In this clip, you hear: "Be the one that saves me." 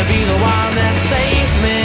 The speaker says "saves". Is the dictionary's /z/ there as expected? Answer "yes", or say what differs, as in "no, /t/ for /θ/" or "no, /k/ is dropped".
no, /z/ is dropped